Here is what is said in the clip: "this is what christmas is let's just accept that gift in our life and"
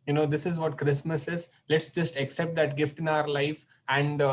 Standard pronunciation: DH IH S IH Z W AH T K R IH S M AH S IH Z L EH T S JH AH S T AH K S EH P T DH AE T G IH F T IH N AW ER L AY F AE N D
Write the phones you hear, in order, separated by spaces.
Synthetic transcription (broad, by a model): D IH S IH Z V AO T K R IH S M AH S IH Z L EH T S JH AH S T AH K S EH P T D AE T G IH F T IH N AW ER L AY F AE N D